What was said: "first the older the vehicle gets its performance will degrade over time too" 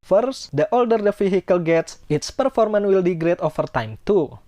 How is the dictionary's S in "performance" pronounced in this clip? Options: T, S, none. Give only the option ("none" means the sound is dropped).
none